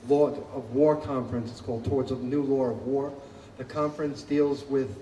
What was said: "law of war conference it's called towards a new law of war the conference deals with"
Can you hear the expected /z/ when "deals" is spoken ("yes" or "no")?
yes